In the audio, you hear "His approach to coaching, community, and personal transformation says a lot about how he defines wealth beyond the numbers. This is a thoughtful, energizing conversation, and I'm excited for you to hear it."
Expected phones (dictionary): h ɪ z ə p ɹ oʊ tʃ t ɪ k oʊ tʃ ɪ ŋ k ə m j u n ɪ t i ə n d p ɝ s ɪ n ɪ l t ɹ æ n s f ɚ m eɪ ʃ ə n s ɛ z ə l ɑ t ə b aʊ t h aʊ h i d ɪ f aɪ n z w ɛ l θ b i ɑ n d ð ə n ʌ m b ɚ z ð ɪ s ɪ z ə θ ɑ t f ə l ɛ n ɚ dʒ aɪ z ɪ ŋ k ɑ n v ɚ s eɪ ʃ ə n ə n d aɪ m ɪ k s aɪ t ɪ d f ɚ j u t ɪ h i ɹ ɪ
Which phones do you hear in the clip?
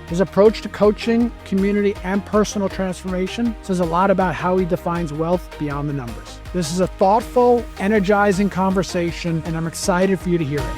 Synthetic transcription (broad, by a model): h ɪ z ə p ɹ oʊ tʃ t ɪ k oʊ tʃ ɪ ŋ k ə m j u n ɪ t i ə n p ɝ s n l t ɹ æ n s f ɚ m eɪ ʃ ə n s ɛ z ə l ɑ t ə b aʊ t h aʊ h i d ɪ f aɪ n z w ɛ l θ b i ɑ n ð ə n ʌ m b ɚ z ð ɪ s ɪ z ə θ ɑ t f l ɛ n ɚ dʒ aɪ z ɪ ŋ k ɑ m v ɚ s eɪ ʃ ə n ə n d aɪ m ɪ k s aɪ t ɪ d f ɚ j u t ɪ h i ɹ